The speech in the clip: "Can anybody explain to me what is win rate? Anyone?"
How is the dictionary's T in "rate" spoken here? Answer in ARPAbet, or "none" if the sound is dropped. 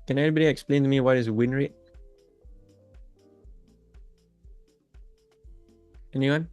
none